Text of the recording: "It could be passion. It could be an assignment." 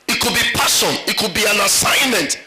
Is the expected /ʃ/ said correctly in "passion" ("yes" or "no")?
no